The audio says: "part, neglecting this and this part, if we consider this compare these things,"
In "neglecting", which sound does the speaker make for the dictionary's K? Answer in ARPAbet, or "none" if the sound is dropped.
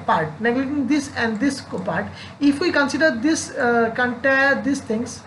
none